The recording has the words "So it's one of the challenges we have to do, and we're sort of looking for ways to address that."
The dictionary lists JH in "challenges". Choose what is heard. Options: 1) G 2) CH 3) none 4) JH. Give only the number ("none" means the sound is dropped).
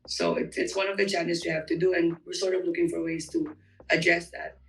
3